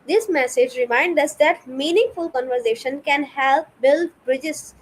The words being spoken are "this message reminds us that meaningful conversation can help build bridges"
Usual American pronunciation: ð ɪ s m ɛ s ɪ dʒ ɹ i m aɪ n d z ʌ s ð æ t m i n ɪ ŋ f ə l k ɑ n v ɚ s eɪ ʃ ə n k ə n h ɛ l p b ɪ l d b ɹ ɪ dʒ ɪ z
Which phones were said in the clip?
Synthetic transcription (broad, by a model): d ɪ s m ɛ s ɪ dʒ ɹ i m aɪ n d ʌ s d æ t m i n ɪ ŋ f ə l k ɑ n v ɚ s eɪ ʃ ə n k ə n h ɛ l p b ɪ l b ɹ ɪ dʒ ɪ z